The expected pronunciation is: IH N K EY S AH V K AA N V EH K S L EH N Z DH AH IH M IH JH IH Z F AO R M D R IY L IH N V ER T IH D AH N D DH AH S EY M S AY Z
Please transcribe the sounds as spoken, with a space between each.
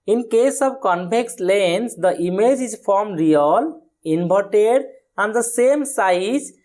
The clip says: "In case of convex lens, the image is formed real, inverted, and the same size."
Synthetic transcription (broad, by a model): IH N K EY S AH B K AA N P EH K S L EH N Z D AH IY M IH JH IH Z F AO R M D R IY L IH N B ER T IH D AH N D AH S EY M S AY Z